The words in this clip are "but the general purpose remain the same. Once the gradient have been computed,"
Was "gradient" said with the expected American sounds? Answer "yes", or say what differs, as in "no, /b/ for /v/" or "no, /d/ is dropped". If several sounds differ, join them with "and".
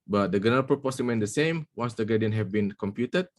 no, /ɹ/ is dropped